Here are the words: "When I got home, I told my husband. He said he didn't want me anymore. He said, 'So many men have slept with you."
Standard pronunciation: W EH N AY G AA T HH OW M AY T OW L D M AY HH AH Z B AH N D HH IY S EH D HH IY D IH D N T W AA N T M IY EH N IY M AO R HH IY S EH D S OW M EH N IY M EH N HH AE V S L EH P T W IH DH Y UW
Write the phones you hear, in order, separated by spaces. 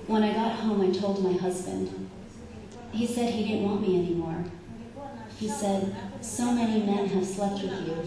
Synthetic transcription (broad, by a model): W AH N AY G AA T HH OW M AY T OW L D M AY HH AH Z B AH N D HH IY S EH D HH IY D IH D N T W AA N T M IY EH N IY M AO R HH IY S EH D S OW M EH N IY M EH N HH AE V S L EH P T W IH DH Y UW